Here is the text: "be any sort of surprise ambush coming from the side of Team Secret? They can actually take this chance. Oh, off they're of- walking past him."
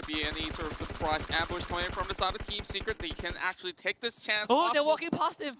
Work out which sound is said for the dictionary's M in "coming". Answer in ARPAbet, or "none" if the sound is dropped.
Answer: none